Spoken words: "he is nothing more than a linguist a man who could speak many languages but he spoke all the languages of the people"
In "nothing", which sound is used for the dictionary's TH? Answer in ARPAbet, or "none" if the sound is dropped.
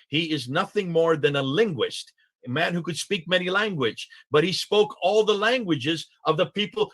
TH